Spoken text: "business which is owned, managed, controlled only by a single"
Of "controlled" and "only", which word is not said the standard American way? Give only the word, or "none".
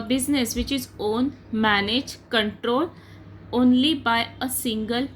controlled